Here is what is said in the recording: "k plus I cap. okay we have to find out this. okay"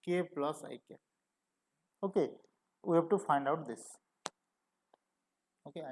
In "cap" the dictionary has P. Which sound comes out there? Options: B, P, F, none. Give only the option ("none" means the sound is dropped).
none